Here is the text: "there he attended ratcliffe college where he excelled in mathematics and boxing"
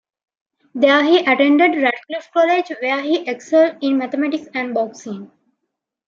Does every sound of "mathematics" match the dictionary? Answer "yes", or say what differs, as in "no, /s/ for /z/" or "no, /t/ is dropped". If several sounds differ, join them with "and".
no, /t/ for /θ/